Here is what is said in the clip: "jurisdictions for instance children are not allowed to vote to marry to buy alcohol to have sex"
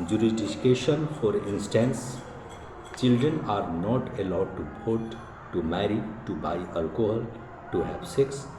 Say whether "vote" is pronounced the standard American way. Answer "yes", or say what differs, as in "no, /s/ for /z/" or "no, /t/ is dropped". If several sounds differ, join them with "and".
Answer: no, /p/ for /v/